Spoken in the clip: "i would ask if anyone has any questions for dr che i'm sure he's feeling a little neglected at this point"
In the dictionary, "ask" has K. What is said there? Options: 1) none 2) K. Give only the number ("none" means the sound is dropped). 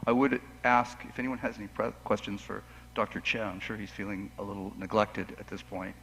2